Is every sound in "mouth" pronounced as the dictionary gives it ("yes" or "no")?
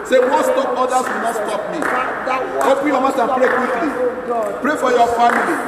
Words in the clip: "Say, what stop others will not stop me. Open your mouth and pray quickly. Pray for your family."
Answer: no